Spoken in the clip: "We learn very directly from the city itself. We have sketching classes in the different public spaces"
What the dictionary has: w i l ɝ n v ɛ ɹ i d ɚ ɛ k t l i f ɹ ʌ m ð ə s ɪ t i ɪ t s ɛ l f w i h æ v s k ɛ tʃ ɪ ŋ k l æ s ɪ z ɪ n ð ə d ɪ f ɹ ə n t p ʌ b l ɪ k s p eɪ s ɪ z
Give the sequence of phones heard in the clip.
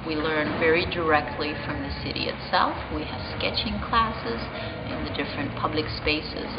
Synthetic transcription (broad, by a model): w i l ɝ n v ɛ ɹ i d ɚ ɛ k t l i f ɹ ʌ m ð ə s ɪ t i ɪ t s ɛ l f w i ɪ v s k ɛ tʃ ɪ ŋ k l æ s ɪ z ɪ n ð ə d ɪ f ɹ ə n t p ʌ b l ɪ k s p eɪ s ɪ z